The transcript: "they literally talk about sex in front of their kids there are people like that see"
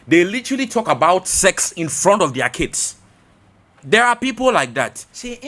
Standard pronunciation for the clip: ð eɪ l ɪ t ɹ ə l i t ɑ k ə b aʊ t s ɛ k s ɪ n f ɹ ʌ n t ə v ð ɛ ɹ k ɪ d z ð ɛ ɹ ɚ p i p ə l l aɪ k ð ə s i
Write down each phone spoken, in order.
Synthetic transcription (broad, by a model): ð eɪ l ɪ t ɹ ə l i t ɑ k ə b aʊ t s ɛ k s ɪ n f ɹ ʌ n t ə v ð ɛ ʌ k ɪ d s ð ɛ ɹ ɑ p i p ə l l aɪ k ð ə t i